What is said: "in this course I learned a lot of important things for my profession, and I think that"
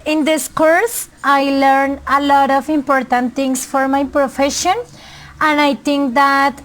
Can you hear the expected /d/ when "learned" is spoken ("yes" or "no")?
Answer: no